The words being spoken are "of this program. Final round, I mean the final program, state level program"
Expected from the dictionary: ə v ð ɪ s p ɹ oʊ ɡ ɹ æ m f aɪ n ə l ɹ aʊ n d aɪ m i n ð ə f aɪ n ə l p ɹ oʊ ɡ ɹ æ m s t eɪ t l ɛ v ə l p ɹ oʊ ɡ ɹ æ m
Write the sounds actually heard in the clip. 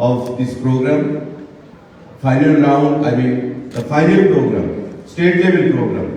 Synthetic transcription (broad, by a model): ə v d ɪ s p ɹ oʊ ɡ ɹ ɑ m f aɪ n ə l l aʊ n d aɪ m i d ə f aɪ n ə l p ɹ oʊ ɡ ɹ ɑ m s t eɪ t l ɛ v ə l p ɹ oʊ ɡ ɹ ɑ m